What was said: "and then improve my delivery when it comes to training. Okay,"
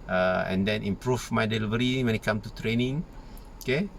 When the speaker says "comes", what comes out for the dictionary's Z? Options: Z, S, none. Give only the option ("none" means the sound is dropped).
none